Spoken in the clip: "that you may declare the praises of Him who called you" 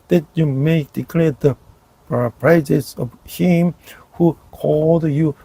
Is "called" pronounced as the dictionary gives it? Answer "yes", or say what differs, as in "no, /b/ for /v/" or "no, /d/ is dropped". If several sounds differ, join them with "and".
yes